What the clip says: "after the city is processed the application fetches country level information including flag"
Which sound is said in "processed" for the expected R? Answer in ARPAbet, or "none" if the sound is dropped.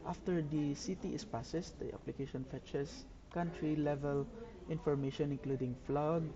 none